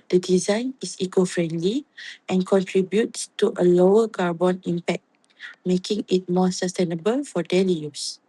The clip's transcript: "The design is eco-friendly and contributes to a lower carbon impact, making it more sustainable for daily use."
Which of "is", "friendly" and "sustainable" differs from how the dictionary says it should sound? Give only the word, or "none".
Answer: is